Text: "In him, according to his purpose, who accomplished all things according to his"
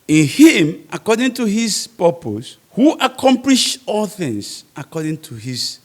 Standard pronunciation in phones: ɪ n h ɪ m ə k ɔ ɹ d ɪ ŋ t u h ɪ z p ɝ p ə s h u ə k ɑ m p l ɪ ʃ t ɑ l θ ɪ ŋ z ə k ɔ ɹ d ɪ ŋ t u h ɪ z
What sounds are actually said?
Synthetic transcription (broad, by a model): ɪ n h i m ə k ɔ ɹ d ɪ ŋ t u h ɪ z p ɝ p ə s h u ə k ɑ m p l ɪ ʃ ɑ l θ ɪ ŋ s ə k ɔ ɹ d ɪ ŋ t u h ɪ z